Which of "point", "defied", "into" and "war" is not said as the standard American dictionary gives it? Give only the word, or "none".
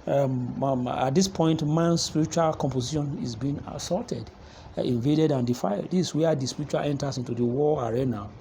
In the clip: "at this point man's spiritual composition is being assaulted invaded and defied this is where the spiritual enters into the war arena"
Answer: war